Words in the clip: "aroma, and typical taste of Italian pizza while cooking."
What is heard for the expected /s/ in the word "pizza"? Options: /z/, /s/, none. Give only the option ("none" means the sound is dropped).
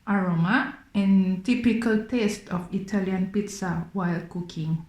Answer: /s/